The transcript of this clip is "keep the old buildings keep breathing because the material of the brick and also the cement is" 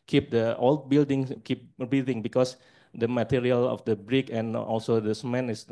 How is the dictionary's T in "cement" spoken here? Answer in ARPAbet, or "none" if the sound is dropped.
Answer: none